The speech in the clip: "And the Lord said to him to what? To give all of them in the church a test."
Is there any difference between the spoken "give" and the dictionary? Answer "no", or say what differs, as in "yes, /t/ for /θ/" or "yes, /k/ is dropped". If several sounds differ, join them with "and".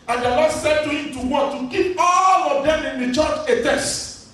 yes, /p/ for /v/